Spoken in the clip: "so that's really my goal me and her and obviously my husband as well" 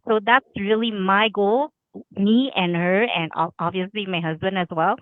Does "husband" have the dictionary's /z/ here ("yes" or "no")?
yes